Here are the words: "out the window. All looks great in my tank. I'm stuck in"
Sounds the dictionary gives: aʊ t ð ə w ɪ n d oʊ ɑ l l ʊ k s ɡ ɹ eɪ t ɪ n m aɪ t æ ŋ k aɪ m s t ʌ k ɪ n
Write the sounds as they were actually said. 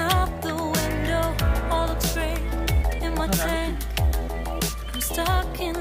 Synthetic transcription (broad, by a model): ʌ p ð ə w ɪ n d oʊ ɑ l l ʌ s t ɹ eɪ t ɪ n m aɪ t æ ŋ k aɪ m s t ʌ k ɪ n